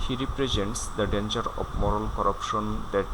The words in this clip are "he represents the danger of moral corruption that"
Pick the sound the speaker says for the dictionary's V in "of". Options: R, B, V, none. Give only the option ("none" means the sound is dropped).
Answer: B